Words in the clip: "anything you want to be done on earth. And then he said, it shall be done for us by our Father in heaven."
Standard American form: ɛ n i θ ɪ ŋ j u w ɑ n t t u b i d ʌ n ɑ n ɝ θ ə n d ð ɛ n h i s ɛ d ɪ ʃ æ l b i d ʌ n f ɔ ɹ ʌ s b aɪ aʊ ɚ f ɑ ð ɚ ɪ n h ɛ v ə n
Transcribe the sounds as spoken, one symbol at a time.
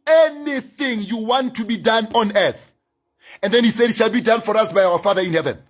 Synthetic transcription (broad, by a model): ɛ n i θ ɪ ŋ j u w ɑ n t t u b i d ʌ n ɑ n ɝ θ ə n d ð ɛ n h i s ɛ d ʃ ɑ l b i d ʌ n f ɔ ɹ ʌ s b aɪ aʊ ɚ f ɑ ð ɚ ɪ n h ɛ v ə n